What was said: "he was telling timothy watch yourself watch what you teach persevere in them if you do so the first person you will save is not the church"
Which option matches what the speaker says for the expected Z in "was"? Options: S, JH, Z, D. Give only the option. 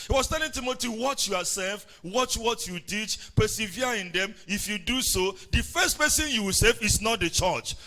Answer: S